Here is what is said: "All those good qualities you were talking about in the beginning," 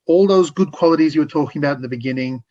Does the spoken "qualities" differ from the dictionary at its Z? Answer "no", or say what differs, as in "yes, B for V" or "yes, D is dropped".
no